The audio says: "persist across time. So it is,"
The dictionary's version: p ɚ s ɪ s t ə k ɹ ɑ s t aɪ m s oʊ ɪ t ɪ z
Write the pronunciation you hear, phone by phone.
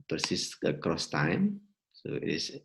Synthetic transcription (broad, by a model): p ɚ s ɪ s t ə k ɹ ɑ s t aɪ m s oʊ ɪ t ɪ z